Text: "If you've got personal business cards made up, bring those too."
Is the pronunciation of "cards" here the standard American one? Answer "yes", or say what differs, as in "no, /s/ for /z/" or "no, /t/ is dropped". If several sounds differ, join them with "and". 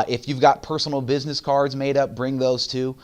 yes